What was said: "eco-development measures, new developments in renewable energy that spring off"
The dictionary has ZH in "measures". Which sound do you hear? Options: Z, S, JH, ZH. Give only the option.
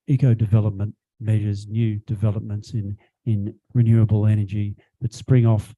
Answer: ZH